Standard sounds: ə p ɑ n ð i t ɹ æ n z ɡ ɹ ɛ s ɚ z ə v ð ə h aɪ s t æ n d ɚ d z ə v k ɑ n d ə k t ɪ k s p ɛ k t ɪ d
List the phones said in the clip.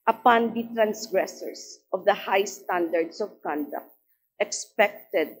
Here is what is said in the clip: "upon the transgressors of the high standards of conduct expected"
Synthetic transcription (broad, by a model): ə p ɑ n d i t ɹ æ n s ɡ ɹ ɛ s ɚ s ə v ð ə h aɪ s t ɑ n d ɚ d s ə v k ɑ n d ə k t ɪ k s p ɛ k t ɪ d